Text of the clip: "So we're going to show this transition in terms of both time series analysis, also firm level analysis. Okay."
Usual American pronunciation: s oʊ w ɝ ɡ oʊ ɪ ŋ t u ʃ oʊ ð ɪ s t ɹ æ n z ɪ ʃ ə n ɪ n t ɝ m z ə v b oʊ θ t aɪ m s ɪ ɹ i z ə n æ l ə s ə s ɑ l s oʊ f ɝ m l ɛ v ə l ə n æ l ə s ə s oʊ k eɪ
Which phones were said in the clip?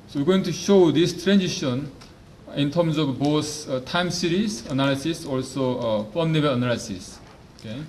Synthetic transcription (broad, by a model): s oʊ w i ɡ oʊ ɪ ŋ t u ʃ oʊ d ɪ s t ɹ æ n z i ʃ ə n ɪ n t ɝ m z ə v b oʊ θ t aɪ m s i ɹ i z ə n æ l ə s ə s ɑ l s oʊ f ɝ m n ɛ b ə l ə n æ l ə s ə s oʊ k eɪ